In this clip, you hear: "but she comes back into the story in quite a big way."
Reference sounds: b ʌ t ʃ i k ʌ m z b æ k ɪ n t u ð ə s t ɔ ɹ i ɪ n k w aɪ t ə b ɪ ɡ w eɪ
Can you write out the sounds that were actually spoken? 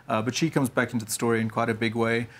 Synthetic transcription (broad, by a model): b ʌ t ʃ i k ʌ m z b æ k ɪ n t u ð ə s t ɔ ɹ i ɪ n k w aɪ t ə b ɪ ɡ w eɪ